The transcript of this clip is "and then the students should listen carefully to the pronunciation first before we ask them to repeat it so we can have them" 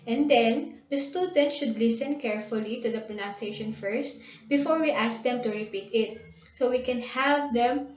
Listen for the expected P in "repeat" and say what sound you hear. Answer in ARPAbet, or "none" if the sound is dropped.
P